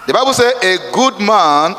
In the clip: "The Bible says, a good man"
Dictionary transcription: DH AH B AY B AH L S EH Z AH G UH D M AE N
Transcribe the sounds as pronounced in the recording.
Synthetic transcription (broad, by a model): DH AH B AY B AH L S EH AH G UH D M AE N